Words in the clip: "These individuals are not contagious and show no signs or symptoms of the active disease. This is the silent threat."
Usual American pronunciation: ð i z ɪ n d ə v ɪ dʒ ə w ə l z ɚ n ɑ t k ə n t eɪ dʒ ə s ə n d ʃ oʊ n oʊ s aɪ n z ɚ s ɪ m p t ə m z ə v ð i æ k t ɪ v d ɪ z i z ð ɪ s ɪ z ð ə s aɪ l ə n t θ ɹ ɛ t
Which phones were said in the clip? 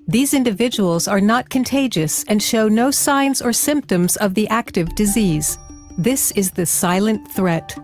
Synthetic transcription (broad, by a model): ð i z ɪ n d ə v ɪ dʒ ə w l z ɚ n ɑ t k ə n t eɪ dʒ ə s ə n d ʃ oʊ n oʊ s aɪ n z ɚ s ɪ m p t ə m z ə v ð i æ k t ɪ v d ɪ z i z ð ɪ s ɪ z ð ə s aɪ l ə n θ ɹ ɛ t